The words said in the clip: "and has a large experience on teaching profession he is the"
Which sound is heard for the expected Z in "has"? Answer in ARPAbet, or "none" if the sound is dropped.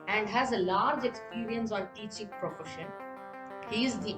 Z